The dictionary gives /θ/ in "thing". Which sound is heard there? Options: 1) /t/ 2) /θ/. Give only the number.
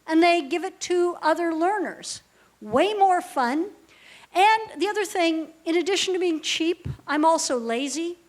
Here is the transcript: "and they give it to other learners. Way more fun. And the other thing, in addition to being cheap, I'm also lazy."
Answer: 2